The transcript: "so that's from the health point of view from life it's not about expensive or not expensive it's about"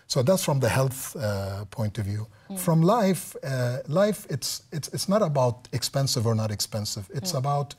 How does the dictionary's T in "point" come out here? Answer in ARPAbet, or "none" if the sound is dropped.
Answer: T